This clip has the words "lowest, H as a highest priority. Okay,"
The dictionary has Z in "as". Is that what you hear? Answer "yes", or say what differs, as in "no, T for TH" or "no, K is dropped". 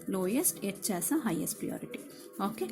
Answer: no, S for Z